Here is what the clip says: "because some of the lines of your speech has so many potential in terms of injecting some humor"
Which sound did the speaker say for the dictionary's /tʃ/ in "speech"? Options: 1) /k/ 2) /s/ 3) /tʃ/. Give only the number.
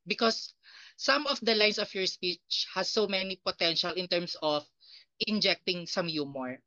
3